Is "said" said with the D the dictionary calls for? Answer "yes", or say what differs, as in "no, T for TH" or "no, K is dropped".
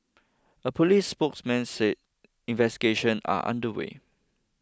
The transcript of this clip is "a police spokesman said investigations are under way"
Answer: no, D is dropped